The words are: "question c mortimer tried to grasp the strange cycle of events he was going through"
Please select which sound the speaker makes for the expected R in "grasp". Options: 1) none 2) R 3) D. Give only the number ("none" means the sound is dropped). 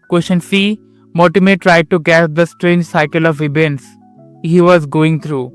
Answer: 1